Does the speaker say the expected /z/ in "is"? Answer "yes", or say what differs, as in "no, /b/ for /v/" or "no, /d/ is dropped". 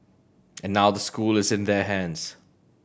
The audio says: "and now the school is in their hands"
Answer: yes